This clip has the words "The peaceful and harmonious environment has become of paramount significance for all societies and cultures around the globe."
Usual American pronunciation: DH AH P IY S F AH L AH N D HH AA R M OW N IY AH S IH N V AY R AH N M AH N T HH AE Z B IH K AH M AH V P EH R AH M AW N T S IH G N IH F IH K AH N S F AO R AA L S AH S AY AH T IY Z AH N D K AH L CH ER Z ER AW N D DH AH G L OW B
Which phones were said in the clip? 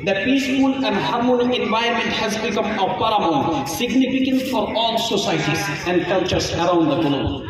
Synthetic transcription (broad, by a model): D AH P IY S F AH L AH N D HH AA R M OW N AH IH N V AY AH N M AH N T HH AE Z B IH K AH M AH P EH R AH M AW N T S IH G N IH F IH K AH N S F AO R AA L S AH S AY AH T IY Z AH N D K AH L CH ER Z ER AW N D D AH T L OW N